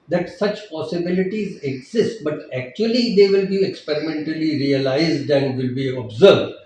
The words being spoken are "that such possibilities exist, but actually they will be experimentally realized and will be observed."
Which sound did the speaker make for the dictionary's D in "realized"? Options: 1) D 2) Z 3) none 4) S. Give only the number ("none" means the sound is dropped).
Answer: 1